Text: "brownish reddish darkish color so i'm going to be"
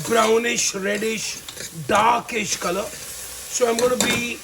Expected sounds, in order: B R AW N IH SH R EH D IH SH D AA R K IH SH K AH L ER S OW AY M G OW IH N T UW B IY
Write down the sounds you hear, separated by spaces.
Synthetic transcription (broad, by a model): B R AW N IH SH R EH D IH SH D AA K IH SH K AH L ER S OW AY M G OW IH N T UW B IY